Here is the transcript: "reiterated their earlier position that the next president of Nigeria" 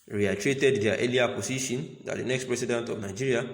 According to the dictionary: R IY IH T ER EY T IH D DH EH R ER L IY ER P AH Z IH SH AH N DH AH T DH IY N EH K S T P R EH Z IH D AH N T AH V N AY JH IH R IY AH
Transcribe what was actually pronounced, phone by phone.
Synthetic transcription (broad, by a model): R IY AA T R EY T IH D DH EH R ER L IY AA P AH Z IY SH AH N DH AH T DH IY N EH K S T P R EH S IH D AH N T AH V N AY JH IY R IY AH